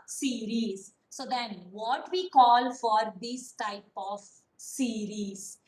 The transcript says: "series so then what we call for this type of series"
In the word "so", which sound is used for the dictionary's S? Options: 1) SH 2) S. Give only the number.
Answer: 2